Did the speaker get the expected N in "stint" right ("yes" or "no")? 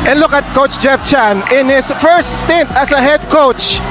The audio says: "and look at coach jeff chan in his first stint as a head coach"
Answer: yes